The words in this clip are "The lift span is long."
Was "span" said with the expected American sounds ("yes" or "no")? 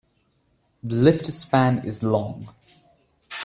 yes